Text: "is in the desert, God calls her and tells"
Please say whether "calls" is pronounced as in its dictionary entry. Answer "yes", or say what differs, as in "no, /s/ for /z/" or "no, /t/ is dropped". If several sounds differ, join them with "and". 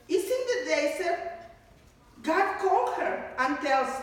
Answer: no, /z/ is dropped